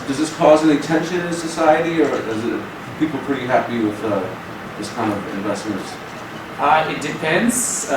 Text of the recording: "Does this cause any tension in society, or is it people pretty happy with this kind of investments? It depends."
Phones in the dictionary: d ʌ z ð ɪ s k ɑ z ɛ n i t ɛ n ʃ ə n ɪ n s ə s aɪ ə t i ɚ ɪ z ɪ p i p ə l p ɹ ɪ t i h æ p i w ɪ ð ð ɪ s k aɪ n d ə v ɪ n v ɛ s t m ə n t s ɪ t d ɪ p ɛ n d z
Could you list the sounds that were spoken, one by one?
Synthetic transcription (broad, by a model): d ʌ z ð ɪ s k ɑ z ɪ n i t ɛ n ʃ ə n ɪ n s ə s aɪ ə t i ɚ ɪ z ɪ p i p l p ɹ ɪ t i h æ p i w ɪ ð ð ɪ s k aɪ n d ə v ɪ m v ɛ s t m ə n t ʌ ɪ t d ɪ p ɛ n d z